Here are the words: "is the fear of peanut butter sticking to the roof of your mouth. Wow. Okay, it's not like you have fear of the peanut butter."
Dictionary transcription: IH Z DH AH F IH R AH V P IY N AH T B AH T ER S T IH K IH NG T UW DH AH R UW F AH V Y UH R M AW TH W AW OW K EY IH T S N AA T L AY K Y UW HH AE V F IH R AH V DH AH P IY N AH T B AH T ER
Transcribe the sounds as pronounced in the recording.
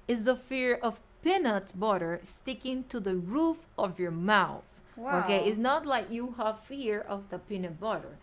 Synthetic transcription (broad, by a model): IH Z DH AH F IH R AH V P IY N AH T B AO T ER S T IH K IH NG T UW DH AH R UW F AH V Y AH R M AW TH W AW OW K EY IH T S N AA T L AY K Y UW HH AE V F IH R AH V DH AH P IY N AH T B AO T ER